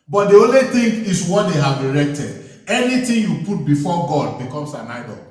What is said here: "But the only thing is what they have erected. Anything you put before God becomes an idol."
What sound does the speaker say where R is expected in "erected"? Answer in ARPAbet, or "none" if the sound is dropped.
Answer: R